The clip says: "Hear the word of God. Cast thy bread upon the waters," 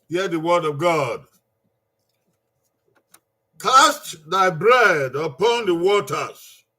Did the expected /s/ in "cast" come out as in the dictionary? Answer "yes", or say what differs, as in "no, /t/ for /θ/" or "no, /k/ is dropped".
yes